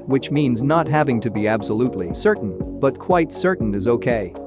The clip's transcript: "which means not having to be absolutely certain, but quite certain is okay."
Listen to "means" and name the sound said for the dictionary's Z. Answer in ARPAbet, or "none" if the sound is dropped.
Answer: Z